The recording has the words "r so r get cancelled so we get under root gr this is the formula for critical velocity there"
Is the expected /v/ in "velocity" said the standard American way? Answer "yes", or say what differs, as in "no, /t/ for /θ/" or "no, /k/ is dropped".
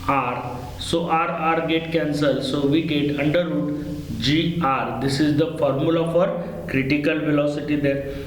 yes